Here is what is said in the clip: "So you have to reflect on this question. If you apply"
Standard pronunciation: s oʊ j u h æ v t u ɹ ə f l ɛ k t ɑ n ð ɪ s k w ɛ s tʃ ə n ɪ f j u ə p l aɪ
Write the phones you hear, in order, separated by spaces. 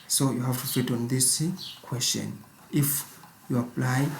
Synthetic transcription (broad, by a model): s oʊ j u h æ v t u f i t ɑ n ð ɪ s k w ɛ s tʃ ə n ɪ f j u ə p l aɪ